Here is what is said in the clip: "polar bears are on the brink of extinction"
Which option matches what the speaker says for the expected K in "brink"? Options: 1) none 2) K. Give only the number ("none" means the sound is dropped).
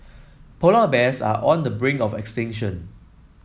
1